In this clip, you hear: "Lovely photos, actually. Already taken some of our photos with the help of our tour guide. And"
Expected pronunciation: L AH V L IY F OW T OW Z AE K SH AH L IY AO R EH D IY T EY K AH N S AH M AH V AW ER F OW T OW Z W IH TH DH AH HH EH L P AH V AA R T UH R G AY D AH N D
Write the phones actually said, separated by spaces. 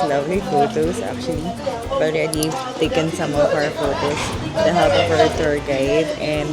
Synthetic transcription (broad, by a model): L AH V L IY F OW T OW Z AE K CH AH L IY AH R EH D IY T EY K AH N S AH M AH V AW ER F OW T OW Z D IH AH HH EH P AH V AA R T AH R G AY D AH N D